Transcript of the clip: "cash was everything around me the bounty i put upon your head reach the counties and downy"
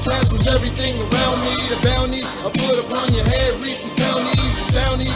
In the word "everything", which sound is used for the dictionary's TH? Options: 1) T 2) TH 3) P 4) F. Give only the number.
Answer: 2